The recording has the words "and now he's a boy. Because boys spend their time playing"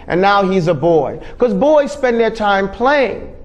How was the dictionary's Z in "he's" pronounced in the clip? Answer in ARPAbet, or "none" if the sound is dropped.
Z